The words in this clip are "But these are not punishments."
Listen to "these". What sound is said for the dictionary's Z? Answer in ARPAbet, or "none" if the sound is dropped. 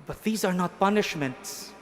Z